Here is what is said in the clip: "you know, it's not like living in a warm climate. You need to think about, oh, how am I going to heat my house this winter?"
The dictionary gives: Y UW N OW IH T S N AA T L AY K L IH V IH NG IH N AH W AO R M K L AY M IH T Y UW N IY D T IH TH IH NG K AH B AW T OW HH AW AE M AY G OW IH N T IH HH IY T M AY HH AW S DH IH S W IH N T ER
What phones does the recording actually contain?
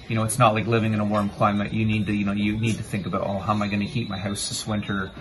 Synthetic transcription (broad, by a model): Y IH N OW IH T S N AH T L AY K L IH V IH NG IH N AH W AO R M K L AY M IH T Y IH N IY D T IH TH IH NG K AH B AW T OW HH AW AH M AY G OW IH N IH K IY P M AY HH AW S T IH S W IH N T ER